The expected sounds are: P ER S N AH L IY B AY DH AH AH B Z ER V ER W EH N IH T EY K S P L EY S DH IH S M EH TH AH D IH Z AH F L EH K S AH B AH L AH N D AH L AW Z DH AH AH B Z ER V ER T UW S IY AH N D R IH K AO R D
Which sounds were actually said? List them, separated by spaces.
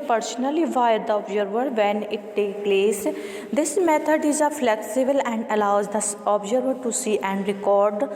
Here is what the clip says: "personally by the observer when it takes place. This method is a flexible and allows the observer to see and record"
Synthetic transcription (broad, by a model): P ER S N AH L IY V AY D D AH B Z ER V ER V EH N IH T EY K P L EY S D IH S M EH T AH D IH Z AH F L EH K S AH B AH L AH N D AH L AW Z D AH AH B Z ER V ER T UW S IY AH N D R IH K AO R D